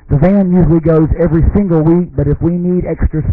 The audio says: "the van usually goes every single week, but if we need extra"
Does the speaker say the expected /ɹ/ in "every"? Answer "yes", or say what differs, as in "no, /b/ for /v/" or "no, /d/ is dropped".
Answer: yes